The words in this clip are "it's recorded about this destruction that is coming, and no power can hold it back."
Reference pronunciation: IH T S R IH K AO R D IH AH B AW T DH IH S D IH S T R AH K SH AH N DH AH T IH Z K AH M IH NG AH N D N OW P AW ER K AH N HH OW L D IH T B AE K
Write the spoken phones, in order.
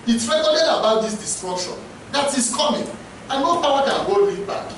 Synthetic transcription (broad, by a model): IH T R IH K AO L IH AH B AW T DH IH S D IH S T R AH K SH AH N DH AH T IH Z K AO M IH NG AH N N OW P AW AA K AH N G OW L IH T B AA K